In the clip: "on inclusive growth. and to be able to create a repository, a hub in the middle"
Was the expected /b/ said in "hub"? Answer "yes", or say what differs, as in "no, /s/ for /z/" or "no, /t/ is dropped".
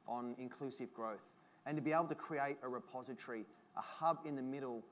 yes